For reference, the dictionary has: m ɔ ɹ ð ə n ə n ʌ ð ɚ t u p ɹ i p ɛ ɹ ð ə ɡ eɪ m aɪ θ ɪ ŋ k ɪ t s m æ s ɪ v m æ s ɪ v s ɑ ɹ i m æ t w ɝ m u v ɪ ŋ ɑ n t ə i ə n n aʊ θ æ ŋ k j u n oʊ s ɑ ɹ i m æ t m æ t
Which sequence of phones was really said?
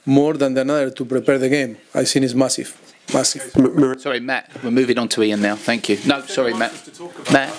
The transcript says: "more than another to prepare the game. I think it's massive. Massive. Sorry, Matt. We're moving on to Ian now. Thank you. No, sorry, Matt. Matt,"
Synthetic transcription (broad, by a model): m ɔ ɹ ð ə n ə n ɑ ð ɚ t u p ɹ i p ɛ ɹ ð ə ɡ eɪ m aɪ s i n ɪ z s m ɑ s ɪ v m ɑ s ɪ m s ɑ ɹ i m æ t w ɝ m u v ɪ ŋ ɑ n t ə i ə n n aʊ θ æ ŋ k j u n oʊ s ɑ ɹ i m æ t m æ t